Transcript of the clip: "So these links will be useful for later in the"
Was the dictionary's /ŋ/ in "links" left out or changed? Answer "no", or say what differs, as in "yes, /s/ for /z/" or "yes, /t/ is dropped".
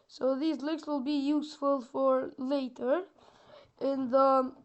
yes, /ŋ/ is dropped